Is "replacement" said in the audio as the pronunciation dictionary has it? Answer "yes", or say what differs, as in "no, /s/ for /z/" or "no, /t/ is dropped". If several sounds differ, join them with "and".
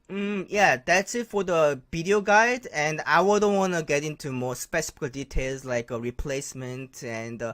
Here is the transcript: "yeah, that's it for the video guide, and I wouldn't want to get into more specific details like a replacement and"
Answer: yes